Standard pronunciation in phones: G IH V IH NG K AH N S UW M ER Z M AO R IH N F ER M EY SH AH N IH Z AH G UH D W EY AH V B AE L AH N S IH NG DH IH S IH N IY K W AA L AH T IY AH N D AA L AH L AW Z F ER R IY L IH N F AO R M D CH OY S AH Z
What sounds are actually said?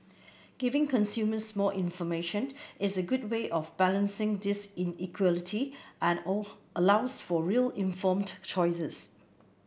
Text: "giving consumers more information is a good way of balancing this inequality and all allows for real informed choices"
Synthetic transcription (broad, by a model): G IH V IH NG K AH N S UW M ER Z M AO L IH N F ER M EY SH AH N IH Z AH G UH D W EY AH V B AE L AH N S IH NG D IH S IH N IY K W AA L AH T IY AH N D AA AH L AW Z F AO R IY L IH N F AO M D CH OY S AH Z